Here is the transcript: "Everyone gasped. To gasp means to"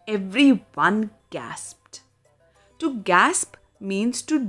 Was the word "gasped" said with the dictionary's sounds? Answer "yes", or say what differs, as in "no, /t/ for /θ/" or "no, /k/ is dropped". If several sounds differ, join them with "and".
yes